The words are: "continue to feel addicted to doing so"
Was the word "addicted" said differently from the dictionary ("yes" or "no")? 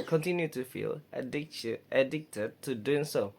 no